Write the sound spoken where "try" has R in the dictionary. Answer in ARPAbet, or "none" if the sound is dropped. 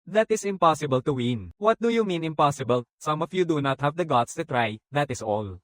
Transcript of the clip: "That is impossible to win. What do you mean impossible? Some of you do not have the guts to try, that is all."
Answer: R